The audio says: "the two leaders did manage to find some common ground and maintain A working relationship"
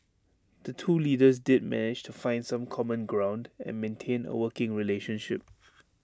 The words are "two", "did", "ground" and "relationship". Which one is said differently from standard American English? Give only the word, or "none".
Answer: none